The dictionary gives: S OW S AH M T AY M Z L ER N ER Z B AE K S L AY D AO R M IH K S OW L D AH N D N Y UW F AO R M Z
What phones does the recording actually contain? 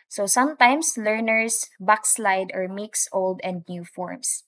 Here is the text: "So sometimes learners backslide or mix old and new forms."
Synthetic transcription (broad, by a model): S OW S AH M T AY M S L ER N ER S B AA K S L AY D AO R M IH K S OW L D AH N D N Y UW F AO R M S